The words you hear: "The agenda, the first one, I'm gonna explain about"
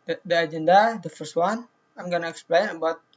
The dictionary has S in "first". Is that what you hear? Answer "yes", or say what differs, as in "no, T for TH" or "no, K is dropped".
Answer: yes